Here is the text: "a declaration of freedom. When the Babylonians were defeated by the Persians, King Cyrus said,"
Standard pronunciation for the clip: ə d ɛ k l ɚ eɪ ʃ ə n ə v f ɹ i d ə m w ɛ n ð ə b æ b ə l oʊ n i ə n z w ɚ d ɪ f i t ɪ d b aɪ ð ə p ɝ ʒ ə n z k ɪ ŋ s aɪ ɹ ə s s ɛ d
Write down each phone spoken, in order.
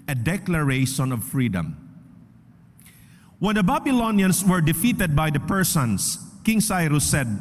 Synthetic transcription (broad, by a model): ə d ɛ k l ɚ eɪ ʃ ə n ə v f ɹ i d ə m w ɛ n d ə b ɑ b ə l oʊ n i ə n s w ɚ d ɪ f i t ɪ d b aɪ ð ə p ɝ s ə n s k ɪ ŋ s aɪ ɹ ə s s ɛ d